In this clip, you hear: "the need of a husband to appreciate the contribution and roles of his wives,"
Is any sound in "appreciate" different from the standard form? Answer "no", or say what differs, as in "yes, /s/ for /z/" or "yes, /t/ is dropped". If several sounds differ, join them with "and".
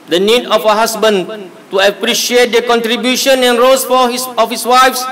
no